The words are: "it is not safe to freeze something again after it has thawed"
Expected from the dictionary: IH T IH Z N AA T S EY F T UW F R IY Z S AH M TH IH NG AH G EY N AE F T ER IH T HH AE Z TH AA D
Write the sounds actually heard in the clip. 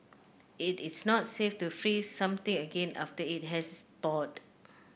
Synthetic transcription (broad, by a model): IH T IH S N AA T S EY F T UW F R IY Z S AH M T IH NG AH G EY N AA F T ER IH T HH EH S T AA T